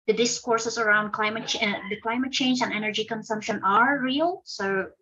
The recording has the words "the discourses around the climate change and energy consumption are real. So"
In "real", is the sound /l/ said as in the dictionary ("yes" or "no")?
yes